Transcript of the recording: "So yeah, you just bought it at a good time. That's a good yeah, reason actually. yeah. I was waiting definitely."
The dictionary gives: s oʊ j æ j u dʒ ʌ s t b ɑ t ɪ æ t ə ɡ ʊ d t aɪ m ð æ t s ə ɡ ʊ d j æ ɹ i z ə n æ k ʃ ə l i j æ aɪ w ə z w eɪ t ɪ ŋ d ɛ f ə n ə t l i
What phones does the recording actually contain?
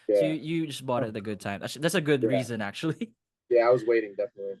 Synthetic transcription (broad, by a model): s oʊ j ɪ j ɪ dʒ ʌ s b ɑ t ɪ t ə ɡ ʊ d t aɪ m ð æ t s ə ɡ ʊ d ɹ i z ə n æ k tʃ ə l i j æ aɪ w ə z w eɪ t ɪ ŋ d ɛ f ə n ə t l i